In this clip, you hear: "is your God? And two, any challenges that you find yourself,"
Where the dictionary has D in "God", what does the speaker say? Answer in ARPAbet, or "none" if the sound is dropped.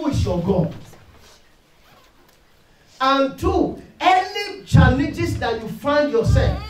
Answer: none